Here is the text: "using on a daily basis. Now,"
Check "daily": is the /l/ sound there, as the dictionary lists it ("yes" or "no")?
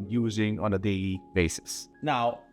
no